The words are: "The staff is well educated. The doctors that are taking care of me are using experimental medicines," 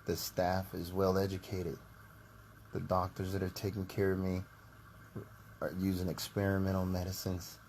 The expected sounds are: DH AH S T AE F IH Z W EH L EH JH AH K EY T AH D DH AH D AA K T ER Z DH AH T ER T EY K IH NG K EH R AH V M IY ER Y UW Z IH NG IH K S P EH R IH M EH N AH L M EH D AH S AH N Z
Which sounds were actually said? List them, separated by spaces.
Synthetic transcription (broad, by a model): DH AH S T AE F IH Z W EH L EH JH AH K EY T AH D DH AH D AA K T ER Z DH AH T ER T EY K IH NG K EH R AH V M IY ER Y UW Z IH NG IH K S P EH R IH M EH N L M EH D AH S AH N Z